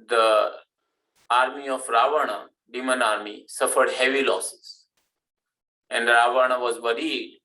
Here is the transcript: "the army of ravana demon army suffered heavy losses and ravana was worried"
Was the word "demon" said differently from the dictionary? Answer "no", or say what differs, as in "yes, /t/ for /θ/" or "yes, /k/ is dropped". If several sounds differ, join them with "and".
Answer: no